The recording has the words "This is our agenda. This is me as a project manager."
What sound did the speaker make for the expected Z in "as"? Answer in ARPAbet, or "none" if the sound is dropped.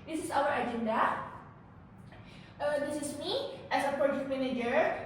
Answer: S